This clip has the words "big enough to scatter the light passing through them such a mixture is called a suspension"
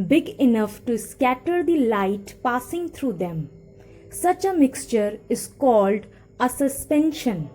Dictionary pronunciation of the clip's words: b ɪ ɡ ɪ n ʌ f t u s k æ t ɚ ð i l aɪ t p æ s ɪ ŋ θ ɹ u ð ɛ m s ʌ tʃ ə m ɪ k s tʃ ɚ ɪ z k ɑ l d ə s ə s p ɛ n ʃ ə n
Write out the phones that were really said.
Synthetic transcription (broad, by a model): b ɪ ɡ ɪ n ʌ f t u s k æ t ɚ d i l aɪ t p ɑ s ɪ ŋ t ɹ u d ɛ m s ʌ tʃ ə m ɪ k s tʃ ɚ ɪ z k ɑ l d ə s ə s p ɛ n ʃ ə n